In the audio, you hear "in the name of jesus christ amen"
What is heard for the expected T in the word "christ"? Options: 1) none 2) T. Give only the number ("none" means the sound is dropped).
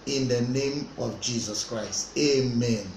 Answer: 2